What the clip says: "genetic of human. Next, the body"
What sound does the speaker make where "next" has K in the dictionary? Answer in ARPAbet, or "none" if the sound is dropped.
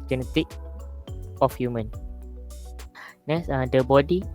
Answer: none